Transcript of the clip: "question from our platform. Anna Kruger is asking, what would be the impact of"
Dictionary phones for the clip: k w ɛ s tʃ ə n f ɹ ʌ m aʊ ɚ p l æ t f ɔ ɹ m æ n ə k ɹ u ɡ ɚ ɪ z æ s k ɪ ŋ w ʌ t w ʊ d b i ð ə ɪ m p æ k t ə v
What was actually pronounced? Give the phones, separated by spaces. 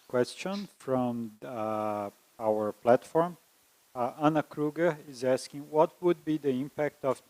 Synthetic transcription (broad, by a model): k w ɛ s tʃ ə n f ɹ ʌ m aʊ ɚ p l æ t f ɔ ɹ m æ n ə k ɹ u ɡ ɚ ɪ z æ s k ɪ ŋ w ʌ t w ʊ d b i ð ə ɪ m p æ k t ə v